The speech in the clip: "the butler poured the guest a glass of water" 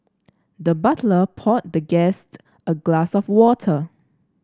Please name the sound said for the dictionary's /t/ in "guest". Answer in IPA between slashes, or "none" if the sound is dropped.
/t/